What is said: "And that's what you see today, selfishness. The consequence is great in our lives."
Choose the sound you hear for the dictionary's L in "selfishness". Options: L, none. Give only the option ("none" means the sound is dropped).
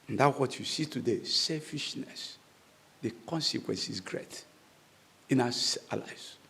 L